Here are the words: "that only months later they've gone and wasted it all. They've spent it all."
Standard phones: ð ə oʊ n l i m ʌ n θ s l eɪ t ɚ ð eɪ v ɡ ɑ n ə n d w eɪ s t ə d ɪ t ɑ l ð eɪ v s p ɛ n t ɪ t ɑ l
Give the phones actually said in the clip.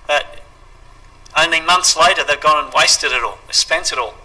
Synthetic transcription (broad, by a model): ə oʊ n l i m ʌ n θ s l eɪ t ɚ ð eɪ v ɡ ɑ n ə n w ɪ s t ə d ɪ t ɑ l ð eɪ s p ɛ n t ɪ t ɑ l